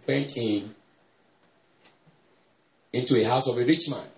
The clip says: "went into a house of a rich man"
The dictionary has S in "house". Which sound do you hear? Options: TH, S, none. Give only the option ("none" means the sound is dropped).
S